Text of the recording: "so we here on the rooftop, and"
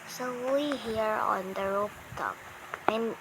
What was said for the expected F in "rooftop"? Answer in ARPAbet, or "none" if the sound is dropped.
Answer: P